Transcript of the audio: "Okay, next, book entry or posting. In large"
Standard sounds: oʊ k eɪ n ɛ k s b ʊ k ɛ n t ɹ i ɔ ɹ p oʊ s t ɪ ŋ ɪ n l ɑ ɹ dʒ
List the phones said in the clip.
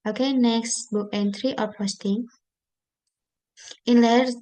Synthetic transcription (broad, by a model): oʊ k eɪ n ɛ k s b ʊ k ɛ n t ɹ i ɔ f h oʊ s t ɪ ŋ ɪ n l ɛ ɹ